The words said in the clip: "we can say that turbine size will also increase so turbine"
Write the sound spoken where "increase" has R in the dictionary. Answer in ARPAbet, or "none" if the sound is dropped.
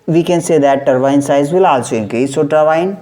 none